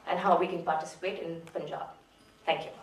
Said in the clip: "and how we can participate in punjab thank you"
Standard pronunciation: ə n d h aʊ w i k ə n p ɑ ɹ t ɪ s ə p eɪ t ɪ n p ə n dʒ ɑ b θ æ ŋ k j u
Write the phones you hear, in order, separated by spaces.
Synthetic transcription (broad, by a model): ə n h aʊ w i k ə n p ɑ t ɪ s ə p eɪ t ɪ n f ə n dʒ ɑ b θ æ ŋ k j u